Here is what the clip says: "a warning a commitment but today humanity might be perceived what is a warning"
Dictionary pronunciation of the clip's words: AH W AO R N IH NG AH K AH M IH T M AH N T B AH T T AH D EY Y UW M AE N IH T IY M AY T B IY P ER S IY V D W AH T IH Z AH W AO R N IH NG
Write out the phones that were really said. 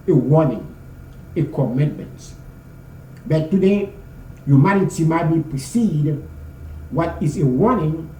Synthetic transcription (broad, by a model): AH W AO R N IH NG AH K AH M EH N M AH N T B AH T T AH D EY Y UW M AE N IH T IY M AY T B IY P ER S IY D W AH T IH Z AH W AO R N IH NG